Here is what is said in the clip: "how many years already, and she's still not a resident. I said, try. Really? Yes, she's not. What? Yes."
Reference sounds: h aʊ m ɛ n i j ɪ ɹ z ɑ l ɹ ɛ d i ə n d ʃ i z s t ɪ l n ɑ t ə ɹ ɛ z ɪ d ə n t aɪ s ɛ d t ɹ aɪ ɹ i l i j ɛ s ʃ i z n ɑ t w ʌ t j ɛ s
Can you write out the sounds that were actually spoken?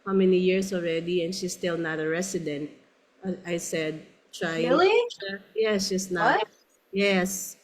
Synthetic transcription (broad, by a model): h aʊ m ɛ n i j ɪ ɹ s ɑ l ɹ ɛ d i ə n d ʃ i s t ɪ l n ɑ t ə ɹ ɛ s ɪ d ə n t aɪ s ɛ d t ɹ aɪ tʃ j ɛ s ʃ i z n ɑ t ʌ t j ɛ s